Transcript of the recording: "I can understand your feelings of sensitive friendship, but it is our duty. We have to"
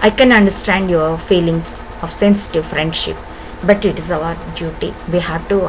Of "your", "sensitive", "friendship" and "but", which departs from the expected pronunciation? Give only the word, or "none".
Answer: none